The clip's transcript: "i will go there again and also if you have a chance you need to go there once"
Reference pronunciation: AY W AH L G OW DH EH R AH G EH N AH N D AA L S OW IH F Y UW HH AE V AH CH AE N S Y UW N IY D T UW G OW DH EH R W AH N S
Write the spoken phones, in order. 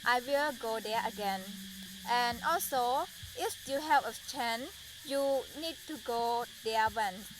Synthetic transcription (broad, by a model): AY W AH L G OW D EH AH G EH N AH N AA L S OW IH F Y UW HH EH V AH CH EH N Y UW N IY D T UW G OW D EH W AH N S